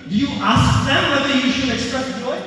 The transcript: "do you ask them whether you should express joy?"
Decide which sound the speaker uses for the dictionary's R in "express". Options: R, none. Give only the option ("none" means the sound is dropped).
none